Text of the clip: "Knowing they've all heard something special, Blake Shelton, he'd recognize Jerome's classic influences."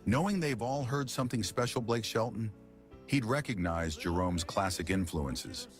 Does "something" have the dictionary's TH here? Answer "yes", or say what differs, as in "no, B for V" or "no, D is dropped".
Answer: yes